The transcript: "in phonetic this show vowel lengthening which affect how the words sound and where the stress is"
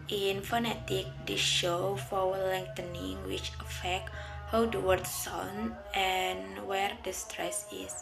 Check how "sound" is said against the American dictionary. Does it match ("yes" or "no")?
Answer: no